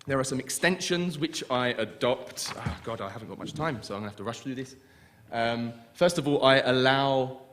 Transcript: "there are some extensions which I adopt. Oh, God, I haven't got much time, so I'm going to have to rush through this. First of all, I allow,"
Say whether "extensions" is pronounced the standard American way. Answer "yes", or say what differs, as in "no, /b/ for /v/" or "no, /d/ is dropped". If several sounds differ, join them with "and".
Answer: yes